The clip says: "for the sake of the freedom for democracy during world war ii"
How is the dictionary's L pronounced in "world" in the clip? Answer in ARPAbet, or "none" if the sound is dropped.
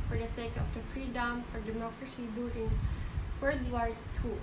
none